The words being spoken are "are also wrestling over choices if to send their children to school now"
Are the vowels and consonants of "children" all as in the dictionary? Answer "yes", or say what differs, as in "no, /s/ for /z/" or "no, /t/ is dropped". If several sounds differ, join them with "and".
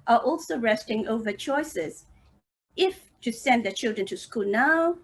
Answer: yes